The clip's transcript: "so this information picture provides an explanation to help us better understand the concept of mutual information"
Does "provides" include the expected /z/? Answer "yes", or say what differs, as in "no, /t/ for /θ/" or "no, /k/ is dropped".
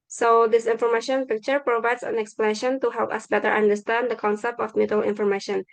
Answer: no, /s/ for /z/